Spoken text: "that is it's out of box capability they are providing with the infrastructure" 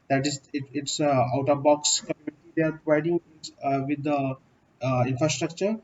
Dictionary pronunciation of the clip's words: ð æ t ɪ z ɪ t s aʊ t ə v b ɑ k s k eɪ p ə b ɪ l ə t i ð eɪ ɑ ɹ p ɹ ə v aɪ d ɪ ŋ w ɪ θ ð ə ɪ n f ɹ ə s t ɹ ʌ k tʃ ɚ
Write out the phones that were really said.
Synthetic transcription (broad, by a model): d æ t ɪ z ɪ t s aʊ t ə b ɑ k s k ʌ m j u n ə t i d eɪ ɑ ɹ p ɹ ə v aɪ d ɪ ŋ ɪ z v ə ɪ n f ɹ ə s t ɹ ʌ k tʃ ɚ